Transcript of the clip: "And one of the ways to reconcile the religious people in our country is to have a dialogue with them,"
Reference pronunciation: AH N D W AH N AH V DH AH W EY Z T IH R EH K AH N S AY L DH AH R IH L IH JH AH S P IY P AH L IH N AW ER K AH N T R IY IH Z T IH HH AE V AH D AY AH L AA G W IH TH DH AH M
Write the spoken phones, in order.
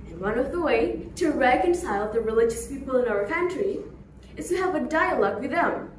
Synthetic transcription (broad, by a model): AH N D W AH N AH V DH AH W EY T IH R EH K AH N S AY L DH AH R IH L IH JH AH S P IY P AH L IH N AW ER K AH N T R IY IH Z T IH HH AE V AH D AY AH L AA G W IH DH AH M